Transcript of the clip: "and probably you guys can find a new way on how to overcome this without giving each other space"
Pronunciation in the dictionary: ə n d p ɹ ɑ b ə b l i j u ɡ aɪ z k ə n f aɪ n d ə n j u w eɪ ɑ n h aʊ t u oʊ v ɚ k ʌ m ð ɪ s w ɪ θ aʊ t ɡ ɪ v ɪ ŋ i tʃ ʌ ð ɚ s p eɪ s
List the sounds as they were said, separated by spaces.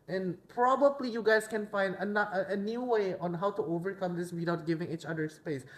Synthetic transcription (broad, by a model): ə n p ɹ ɑ b ə b l i j u ɡ aɪ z k ə n f aɪ n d ə n j u w eɪ ɑ n h aʊ t u oʊ v ɚ k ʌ m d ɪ s w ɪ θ aʊ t ɡ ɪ v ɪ ŋ i tʃ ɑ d ɚ s p eɪ s